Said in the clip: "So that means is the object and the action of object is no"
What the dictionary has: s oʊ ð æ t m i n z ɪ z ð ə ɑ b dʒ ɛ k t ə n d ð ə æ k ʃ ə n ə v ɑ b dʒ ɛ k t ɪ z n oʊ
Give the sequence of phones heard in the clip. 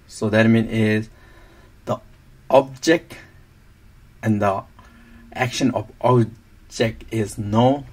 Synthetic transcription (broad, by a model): s oʊ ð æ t m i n ɪ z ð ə ɑ b dʒ ɛ k t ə n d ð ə æ k ʃ ə n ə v ɑ b dʒ ɛ k t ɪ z n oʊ